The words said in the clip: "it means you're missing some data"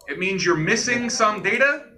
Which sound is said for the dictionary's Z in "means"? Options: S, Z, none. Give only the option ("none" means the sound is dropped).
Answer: Z